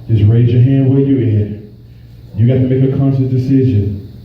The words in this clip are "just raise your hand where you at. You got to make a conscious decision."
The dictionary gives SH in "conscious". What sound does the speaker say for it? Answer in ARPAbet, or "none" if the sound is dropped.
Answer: S